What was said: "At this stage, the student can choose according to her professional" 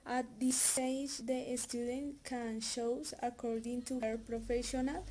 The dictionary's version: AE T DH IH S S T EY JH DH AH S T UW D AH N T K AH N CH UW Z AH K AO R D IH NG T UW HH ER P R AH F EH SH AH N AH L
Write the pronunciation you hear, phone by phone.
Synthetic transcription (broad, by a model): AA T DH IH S S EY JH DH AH S T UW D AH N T K AH N SH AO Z AH K AO R D IH NG T UW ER P R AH F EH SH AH N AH L